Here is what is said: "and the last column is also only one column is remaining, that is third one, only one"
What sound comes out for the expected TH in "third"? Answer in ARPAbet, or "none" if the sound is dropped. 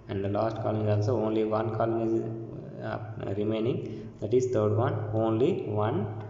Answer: T